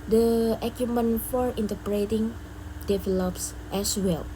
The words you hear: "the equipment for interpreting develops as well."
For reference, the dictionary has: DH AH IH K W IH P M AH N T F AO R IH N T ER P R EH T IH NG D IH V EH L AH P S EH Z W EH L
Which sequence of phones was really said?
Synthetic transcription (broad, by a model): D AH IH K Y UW M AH N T F AO R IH N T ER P R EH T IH NG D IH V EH L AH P S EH S W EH L